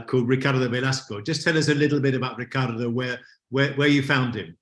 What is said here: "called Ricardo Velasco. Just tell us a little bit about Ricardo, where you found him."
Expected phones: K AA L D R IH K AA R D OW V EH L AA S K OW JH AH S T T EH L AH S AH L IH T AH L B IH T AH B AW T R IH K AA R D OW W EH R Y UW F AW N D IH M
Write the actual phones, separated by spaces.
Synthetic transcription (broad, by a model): K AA L D R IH K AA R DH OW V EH L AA S K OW JH AH S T T EH L AH S AH L IH T L B IH T AH B AW T R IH K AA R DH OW W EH W Y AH F AW N D IH M